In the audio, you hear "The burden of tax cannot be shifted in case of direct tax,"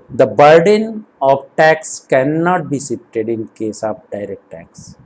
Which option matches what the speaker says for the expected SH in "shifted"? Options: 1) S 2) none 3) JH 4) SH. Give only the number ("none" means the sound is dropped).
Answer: 1